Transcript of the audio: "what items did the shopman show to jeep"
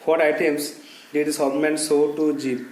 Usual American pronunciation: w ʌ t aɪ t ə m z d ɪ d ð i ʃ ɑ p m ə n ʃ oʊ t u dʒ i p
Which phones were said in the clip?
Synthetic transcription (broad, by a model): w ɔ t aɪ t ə m s d ɪ d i s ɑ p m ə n s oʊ t u dʒ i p